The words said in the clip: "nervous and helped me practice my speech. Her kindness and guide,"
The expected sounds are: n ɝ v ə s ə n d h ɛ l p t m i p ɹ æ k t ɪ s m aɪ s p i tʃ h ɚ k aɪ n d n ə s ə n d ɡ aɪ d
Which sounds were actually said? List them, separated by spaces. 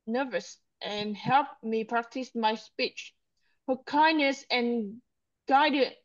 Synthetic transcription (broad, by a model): n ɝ v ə s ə n h ɛ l p m i p ɹ æ k t ɪ s m aɪ s p i tʃ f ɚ k aɪ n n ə s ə n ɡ aɪ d